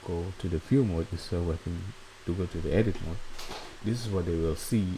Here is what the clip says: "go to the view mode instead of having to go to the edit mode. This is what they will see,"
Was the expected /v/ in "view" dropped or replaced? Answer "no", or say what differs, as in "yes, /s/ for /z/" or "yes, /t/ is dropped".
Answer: yes, /f/ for /v/